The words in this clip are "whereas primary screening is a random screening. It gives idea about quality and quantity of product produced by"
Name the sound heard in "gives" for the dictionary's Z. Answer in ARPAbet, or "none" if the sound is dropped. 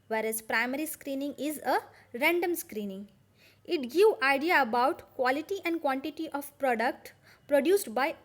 none